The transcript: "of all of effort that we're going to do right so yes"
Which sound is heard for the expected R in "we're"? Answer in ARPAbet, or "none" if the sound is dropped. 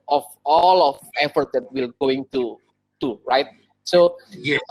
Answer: L